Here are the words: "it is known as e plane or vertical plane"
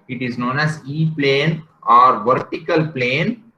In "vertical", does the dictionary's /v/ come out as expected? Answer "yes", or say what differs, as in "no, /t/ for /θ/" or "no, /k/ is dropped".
yes